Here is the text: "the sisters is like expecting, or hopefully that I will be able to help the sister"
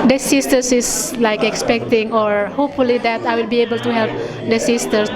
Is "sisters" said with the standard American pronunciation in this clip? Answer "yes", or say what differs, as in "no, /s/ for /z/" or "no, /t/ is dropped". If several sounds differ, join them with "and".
no, /s/ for /z/